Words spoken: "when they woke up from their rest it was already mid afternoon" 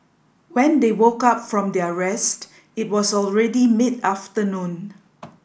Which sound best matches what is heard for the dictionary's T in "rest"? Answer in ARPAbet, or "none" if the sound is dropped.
T